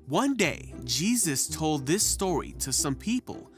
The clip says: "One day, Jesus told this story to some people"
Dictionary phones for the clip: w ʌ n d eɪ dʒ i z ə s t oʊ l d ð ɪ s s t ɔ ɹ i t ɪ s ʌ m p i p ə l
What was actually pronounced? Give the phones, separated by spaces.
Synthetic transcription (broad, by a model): w ʌ n d eɪ dʒ i z ə s t oʊ l d ð ɪ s s t ɔ ɹ i t ɪ s ʌ m p i p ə l